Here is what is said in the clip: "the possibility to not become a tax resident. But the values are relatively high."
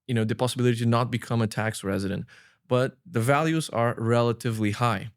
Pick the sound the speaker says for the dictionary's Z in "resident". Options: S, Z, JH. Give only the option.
Z